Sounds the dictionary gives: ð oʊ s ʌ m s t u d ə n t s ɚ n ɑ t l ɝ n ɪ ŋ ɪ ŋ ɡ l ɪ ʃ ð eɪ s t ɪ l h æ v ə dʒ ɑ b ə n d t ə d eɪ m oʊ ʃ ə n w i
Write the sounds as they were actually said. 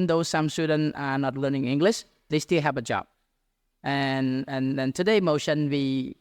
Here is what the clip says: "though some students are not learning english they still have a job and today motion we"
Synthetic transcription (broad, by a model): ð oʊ s ʌ m s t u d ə n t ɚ n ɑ t l ɝ n ɪ ŋ ɪ ŋ ɡ l ɪ ʃ ð eɪ s t ɪ l h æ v ə dʒ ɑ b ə n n t ə d eɪ m oʊ ʃ ə n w i